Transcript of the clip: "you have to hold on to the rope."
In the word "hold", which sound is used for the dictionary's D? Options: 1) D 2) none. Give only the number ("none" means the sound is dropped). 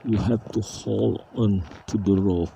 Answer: 2